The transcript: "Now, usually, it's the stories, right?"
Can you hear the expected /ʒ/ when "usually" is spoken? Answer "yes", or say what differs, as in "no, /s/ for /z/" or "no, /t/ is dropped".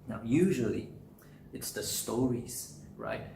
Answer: yes